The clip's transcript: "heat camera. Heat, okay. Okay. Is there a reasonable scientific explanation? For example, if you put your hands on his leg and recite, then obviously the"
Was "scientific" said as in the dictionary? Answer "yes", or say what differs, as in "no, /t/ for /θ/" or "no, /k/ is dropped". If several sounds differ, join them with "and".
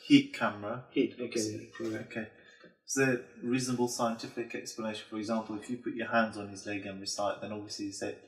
yes